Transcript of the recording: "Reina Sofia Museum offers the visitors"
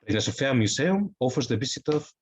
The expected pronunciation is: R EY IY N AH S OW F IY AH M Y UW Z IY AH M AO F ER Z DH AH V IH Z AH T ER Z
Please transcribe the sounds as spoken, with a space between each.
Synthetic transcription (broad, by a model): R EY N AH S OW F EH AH M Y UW S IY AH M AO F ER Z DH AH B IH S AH T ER